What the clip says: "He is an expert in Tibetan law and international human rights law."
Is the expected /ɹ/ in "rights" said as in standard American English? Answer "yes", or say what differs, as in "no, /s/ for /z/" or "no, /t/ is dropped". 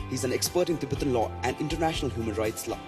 yes